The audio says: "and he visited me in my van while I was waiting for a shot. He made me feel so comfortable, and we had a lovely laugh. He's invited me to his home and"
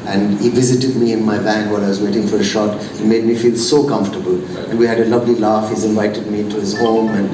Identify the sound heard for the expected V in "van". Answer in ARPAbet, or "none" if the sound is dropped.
B